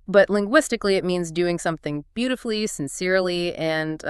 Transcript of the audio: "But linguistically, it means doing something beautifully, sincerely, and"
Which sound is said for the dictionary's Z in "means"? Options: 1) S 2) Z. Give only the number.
2